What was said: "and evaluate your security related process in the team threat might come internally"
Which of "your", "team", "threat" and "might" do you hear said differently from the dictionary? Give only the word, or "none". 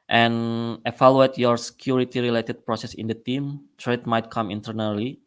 threat